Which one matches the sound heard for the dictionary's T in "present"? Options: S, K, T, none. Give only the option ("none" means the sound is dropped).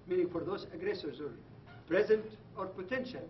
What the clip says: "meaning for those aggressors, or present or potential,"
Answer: T